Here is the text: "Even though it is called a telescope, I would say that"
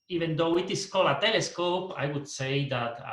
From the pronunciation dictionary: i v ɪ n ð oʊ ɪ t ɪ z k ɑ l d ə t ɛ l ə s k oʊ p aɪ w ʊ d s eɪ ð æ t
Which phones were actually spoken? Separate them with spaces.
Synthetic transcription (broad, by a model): i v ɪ n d oʊ ɪ t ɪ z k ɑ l ə t ɛ l ə s k oʊ p aɪ w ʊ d s eɪ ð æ t